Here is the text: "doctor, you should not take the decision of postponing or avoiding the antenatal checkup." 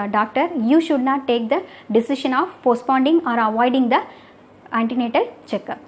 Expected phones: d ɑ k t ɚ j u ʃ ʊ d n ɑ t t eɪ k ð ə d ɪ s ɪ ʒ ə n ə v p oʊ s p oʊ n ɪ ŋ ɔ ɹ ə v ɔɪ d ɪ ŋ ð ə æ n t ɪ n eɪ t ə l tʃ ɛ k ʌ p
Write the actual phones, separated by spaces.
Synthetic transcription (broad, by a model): d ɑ k t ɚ j u ʃ ʊ d n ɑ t t eɪ k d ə d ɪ s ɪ ʃ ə n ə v p oʊ s p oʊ n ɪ ŋ ɔ ɹ ə v ɔɪ d ɪ ŋ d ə æ n t ɪ n eɪ t ə l tʃ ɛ k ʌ